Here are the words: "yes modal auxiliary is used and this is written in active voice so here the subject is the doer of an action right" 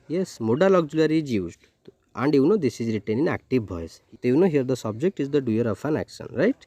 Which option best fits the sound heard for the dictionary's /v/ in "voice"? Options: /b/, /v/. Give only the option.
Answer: /b/